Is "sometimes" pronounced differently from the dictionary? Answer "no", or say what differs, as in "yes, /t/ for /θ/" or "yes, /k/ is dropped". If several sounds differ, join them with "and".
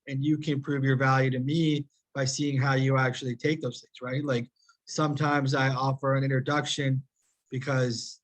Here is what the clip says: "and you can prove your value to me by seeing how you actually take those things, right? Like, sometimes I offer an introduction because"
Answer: no